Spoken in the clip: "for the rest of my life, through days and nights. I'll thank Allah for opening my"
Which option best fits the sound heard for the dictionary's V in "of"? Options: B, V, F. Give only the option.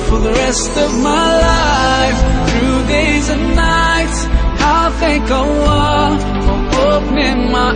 V